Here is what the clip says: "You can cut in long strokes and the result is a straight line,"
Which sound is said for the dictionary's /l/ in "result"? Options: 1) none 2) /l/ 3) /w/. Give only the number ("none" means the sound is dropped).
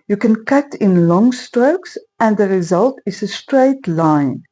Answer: 2